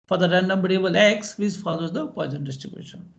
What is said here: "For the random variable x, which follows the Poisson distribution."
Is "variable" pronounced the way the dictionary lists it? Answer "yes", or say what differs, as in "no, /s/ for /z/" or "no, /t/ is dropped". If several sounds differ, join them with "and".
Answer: no, /b/ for /v/